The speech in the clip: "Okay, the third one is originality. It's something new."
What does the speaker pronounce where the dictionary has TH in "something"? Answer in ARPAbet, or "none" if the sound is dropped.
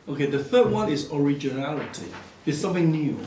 TH